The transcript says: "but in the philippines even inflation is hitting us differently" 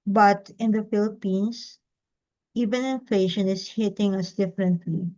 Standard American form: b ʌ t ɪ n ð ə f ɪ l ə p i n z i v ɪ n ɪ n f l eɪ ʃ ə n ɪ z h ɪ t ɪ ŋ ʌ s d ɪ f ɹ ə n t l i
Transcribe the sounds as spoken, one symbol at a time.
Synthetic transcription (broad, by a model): b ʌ t ɪ n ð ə f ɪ l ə p i n s i v ɪ n ɪ n f l eɪ ʃ ə n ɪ s h ɪ t ɪ ŋ ʌ s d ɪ f ɹ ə n t l i